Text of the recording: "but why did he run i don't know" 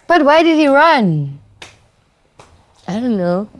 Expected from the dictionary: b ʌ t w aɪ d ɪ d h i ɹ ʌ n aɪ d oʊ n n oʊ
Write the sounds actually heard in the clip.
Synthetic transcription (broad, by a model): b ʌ t w aɪ d ɪ d h i ɹ ʌ n aɪ d oʊ n n oʊ